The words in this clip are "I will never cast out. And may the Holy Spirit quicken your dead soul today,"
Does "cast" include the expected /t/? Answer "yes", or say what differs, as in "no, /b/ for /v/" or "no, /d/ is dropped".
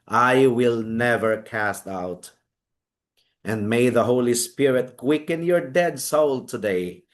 yes